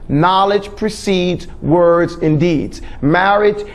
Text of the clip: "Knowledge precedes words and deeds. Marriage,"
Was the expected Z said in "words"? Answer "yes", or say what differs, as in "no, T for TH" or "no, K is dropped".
yes